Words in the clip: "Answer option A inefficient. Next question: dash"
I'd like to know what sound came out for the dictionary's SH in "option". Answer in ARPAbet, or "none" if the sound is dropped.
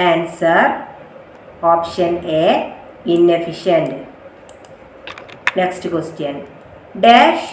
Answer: SH